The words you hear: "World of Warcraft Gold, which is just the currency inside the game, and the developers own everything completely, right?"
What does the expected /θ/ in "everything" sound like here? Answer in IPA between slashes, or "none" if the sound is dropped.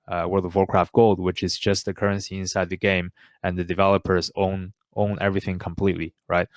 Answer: /θ/